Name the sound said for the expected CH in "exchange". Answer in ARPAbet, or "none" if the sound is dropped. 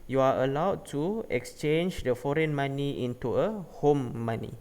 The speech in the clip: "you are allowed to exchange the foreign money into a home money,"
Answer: CH